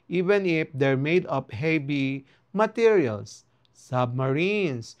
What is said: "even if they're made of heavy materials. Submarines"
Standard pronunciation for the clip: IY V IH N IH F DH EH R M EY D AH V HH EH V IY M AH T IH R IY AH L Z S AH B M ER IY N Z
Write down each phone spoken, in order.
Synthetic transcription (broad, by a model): IY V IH N IH F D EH R M EY D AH P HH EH B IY M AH T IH R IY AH L S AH B M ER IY N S